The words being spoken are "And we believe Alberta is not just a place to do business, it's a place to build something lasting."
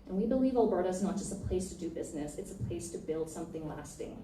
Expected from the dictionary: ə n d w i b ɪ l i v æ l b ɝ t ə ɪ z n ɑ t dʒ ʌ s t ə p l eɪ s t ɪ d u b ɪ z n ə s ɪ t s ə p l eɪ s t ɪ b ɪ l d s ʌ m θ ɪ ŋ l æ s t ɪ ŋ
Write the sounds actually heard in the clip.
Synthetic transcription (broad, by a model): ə n w i b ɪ l i v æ l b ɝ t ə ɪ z n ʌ t dʒ ʌ s t ə p l eɪ s t ɪ d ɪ b ɪ z n ə s ɪ t s ə p l eɪ s t ɪ b ɪ l d s ʌ m θ ɪ ŋ l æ s t ɪ ŋ